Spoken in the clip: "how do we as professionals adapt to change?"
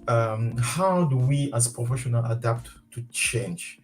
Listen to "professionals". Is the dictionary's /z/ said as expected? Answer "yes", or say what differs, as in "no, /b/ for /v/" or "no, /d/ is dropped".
no, /z/ is dropped